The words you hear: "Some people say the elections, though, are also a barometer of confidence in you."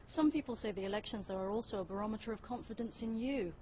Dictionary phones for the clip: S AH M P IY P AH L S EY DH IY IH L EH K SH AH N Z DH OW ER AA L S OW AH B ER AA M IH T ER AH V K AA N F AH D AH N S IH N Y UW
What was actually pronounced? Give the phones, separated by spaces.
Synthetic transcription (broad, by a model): S AH M P IY P AH L S EY DH IY IH L EH K SH AH N Z DH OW ER AA L S OW AH B ER AA M IH T ER AH V K AA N F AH D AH N S IH N Y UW